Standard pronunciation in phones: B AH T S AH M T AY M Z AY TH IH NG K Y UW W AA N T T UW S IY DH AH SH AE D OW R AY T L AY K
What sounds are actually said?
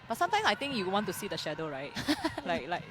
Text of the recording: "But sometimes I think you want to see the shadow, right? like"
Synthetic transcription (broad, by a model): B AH T S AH M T AY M S AY T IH NG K Y UW W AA N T T UW S IY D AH SH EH D OW R AY T L AY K